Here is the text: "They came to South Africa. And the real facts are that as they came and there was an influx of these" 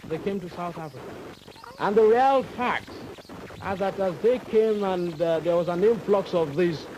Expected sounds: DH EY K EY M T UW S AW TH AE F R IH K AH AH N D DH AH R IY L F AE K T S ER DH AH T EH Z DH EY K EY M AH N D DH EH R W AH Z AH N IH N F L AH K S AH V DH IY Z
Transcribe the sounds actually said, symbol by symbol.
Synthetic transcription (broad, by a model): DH EY K EY M T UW S AW TH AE F R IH K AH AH N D DH AH R IY L F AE K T S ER DH AH T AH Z DH EY K EY M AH N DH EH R W AH Z AH N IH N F L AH K S AH V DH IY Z